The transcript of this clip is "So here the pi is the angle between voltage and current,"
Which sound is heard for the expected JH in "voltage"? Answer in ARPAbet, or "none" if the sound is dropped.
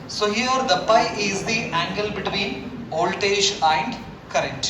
SH